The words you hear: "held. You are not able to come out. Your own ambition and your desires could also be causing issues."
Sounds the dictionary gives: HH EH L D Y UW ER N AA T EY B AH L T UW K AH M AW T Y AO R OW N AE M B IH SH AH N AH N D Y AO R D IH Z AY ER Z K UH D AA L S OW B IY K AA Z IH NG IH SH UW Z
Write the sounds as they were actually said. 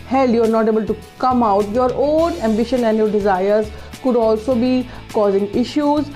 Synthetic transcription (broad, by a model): HH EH L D Y UW ER N AA T EY B AH L T UW K AH M AW T Y AO R OW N AE M B IH SH AH N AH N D Y AO R D IH Z AY ER Z K UH D AA L S OW B IY K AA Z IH NG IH SH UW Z